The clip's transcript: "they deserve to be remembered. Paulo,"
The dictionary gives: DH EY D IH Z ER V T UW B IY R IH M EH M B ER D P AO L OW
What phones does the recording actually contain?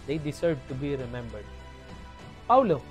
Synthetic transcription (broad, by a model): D EY D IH S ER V T UW B IY R IH M EH M B ER D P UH L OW